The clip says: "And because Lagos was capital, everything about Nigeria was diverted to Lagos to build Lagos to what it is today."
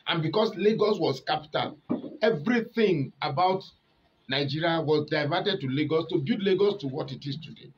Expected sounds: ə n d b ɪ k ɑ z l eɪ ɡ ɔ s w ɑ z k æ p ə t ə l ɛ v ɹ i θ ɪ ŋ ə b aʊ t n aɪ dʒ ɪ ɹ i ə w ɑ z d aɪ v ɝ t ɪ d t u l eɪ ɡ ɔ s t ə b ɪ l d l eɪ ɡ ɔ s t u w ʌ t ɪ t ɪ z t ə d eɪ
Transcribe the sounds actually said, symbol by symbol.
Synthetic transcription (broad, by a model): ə n b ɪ k ɑ s l eɪ ɡ ɔ s w ɑ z k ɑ p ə t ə l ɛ v ɹ i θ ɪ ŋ ə b aʊ t n aɪ dʒ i ɹ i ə w ɑ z d aɪ v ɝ t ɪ d t u l eɪ ɡ ɔ s t ə b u d l eɪ ɡ ɔ s t u w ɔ t ɪ t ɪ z t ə d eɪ